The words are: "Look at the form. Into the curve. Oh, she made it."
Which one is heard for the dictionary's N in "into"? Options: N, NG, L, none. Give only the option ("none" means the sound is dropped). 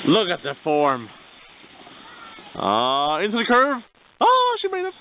N